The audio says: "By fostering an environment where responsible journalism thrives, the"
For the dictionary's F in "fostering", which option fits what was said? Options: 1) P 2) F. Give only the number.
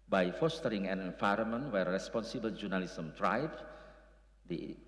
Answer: 2